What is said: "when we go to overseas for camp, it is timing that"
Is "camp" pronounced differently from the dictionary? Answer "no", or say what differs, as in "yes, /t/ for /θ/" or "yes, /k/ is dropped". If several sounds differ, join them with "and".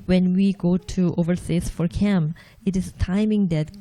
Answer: yes, /p/ is dropped